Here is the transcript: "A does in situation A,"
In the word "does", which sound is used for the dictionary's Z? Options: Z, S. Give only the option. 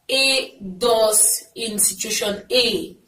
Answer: S